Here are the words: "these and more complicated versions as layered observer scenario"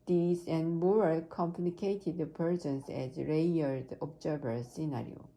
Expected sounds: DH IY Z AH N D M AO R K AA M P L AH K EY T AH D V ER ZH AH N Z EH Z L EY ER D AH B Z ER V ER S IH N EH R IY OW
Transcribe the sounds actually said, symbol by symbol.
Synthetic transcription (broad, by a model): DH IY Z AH N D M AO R K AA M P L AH K EY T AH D P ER S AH N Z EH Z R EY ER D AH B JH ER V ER S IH N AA R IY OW